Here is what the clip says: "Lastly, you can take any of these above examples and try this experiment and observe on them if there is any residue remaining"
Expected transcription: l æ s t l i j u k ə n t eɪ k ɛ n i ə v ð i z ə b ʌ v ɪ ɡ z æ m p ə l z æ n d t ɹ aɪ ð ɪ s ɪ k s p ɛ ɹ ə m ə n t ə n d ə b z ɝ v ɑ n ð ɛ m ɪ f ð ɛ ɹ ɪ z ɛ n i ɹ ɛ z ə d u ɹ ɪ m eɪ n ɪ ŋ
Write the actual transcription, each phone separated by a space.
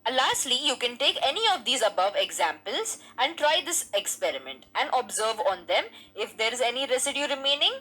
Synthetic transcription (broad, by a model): l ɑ s t l i j u k ə n t eɪ k ɛ n i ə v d i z ə b ʌ v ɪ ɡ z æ m p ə l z æ n d t ɹ aɪ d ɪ s ɪ k s p ɛ ɹ ə m ə n t ə n d ə b z ɝ v ɑ n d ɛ m ɪ f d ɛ ɹ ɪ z ɛ n i ɹ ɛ s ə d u ɹ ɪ m eɪ n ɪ ŋ